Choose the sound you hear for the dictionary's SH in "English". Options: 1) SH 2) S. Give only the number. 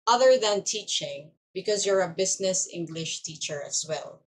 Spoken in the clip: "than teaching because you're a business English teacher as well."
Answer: 1